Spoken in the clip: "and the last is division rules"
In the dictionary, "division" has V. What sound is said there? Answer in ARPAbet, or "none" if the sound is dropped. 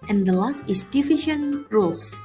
F